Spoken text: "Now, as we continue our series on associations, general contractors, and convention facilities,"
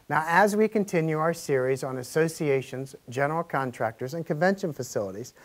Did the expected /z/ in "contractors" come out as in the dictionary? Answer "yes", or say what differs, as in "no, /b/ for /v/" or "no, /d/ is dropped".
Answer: yes